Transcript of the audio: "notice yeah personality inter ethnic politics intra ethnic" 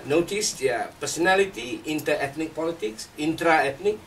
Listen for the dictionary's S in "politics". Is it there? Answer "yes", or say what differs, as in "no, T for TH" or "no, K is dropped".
yes